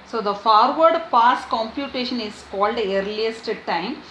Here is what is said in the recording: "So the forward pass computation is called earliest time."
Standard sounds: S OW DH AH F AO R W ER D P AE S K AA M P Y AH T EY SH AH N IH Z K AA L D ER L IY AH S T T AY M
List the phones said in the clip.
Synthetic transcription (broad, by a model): S OW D AH F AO R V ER D P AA S K AA M P Y AH T EY SH AH N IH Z K AA L D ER L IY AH S T T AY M